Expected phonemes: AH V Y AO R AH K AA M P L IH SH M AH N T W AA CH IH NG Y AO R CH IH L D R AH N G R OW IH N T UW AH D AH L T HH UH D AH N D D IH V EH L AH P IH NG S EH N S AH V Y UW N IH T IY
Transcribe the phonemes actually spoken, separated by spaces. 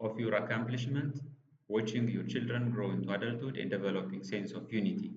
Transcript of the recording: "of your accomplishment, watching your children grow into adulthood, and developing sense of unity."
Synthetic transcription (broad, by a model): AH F Y AO R AH K AA M P L IH SH M AH N T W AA CH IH NG Y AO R CH IH L D R AH N G R OW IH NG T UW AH D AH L T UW D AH N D D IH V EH L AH P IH NG S EH N S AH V Y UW N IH T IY